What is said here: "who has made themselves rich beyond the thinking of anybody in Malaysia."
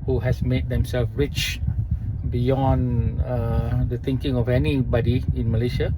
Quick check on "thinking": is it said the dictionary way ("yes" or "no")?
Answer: no